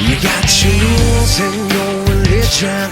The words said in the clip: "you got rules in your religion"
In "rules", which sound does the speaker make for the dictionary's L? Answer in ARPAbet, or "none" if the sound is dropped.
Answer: none